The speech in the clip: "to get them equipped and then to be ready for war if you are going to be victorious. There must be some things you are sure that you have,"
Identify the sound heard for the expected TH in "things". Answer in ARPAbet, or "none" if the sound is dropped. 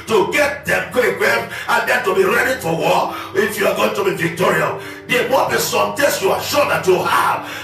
T